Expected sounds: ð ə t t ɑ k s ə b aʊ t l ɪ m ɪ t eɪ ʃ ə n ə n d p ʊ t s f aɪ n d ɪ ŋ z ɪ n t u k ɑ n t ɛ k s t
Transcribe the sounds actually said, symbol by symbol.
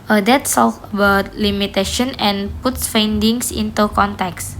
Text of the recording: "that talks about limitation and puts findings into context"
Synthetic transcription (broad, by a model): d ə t s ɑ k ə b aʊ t l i m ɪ t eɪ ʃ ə n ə n p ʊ t s f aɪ n d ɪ ŋ s ɪ n t u k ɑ n t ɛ k s